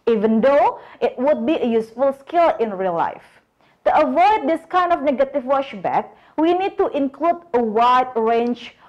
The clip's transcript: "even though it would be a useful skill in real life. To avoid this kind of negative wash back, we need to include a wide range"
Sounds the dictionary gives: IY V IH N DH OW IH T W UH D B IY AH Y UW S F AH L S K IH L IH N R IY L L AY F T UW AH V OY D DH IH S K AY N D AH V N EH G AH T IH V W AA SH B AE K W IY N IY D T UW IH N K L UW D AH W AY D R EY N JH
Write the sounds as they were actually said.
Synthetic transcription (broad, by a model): IY V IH N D OW IH T W UH D B IY AH Y UW S F AH L S K IH L IH N R IY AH L AY F T UW AH V OY D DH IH S K AY N D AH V N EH G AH T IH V W AA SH B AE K W IY N IY D T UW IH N K L UW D AH W AY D R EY N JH